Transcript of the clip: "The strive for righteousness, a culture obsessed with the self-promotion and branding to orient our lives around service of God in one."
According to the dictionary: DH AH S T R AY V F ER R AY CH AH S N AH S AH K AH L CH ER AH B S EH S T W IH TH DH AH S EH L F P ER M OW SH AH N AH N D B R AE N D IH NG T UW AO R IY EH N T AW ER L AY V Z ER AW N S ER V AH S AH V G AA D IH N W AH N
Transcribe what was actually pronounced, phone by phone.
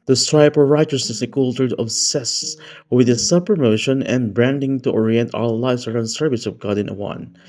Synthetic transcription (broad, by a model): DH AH S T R AY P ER R AY CH AH S N AH S AH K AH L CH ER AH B S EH S W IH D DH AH S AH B P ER M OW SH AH N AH N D B R AE N D IH NG T UW AO R IY EH N T AW ER L AY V S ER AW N S ER V AH S AH V G AA D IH N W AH N